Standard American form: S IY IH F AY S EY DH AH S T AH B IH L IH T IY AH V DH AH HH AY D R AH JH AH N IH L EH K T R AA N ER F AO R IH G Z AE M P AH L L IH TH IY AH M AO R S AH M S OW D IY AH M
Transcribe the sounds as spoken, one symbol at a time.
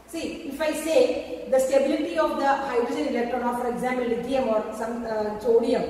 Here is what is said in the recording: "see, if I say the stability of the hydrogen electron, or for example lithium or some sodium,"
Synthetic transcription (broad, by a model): S IY IH F AY S EY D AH S T AH B IH L IH T IY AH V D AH HH AY D R AH JH AH N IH L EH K T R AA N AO F AO R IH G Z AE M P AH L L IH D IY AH M AO R S AH M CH OW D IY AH M